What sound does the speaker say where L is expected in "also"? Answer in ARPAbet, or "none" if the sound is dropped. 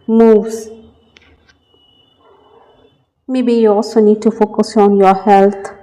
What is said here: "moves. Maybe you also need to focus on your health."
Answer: none